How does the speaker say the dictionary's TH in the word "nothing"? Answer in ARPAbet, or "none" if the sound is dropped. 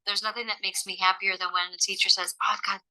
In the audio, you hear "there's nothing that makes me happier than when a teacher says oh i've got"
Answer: TH